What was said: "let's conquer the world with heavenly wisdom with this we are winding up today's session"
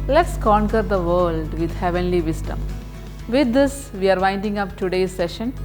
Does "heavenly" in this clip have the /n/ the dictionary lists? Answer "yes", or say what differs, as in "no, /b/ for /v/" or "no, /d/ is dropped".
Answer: yes